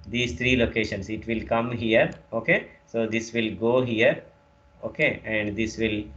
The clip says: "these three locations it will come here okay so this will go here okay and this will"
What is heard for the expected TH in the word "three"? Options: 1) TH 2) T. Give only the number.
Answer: 2